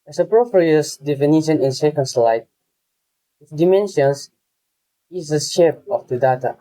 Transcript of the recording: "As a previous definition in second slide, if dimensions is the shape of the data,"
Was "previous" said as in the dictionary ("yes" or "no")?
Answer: no